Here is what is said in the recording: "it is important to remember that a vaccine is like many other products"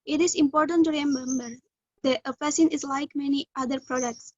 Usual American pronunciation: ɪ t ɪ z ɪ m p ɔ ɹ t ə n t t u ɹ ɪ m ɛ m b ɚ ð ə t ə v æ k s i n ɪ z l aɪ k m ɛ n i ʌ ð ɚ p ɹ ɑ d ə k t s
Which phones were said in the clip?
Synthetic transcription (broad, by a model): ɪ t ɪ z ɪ m p ɔ ɹ t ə n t t u ɹ ɪ m ɛ m b ɚ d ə t ə f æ s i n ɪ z l aɪ k m ɛ n i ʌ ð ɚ p ɹ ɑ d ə k t s